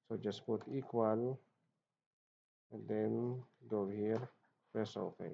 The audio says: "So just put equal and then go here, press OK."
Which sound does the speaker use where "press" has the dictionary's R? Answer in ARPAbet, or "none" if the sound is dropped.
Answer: none